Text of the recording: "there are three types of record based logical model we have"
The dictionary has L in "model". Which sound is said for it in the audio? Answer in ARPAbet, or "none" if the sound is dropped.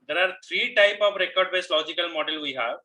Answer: L